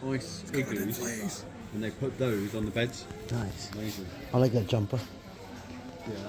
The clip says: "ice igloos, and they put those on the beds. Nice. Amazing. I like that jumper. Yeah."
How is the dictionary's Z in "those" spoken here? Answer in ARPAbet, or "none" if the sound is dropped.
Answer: Z